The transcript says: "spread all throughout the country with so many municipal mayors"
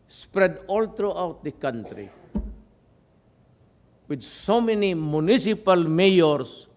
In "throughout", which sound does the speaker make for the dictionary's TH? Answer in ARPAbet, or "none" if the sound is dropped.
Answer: T